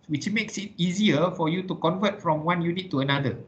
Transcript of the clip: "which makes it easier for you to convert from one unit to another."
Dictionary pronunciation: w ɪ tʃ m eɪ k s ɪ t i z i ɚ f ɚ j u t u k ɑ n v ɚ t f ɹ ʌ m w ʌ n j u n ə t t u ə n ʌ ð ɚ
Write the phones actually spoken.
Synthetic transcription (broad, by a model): w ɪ tʃ m eɪ k s ɪ t i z i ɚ f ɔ j u t u k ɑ n v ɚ t f ɹ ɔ m w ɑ n j u n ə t t u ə n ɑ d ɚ